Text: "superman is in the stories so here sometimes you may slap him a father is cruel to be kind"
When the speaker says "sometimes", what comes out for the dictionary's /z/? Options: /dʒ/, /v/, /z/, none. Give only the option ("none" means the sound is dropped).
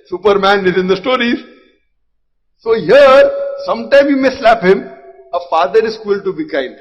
none